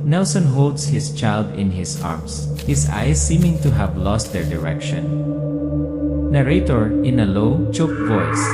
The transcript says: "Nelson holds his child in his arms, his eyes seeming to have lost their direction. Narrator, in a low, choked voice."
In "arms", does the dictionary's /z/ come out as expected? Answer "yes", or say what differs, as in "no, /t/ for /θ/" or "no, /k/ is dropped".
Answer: no, /s/ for /z/